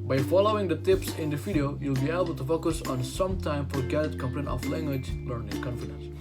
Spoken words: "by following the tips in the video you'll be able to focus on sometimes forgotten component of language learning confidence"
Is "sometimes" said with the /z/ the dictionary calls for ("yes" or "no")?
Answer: no